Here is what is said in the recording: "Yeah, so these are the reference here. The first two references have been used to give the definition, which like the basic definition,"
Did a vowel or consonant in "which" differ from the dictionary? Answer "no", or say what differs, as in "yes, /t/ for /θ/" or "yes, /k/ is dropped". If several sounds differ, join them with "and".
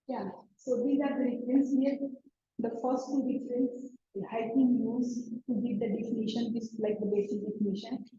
yes, /s/ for /tʃ/